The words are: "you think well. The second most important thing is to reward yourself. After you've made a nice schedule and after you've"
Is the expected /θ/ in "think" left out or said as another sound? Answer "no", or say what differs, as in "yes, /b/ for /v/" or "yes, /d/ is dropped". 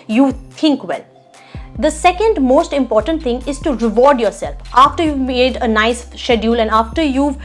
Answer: yes, /t/ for /θ/